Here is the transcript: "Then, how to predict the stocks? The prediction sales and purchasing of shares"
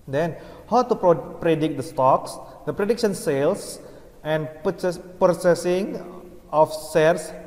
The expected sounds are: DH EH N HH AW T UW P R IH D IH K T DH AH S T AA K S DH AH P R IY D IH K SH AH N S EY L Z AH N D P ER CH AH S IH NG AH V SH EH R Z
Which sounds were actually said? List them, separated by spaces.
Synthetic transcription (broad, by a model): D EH N HH AW T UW P R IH D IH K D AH S T AA K S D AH P R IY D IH K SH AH N S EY L S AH N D P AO S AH S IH NG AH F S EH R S